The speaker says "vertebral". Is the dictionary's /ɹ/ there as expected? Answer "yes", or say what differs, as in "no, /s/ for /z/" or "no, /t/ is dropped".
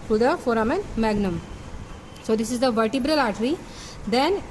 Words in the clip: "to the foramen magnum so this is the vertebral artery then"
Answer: yes